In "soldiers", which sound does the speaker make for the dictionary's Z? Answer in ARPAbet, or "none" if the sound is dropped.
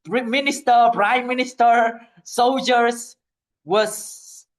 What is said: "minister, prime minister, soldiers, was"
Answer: S